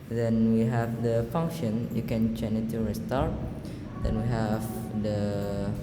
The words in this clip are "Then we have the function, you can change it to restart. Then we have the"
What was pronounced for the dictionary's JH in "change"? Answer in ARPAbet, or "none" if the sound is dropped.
none